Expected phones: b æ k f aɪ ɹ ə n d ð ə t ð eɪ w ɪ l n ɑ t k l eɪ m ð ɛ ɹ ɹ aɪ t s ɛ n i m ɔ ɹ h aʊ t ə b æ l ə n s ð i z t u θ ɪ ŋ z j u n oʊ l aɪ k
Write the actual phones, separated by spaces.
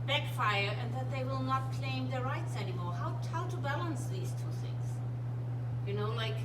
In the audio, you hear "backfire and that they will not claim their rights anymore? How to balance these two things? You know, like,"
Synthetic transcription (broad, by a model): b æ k f aɪ ɹ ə n ð ə t ð eɪ w ɪ l n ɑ t k l eɪ m ð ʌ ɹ ɹ aɪ t s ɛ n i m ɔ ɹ h aʊ t ə b æ l ə n s ð i z t u θ ɪ ŋ z j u n oʊ l aɪ k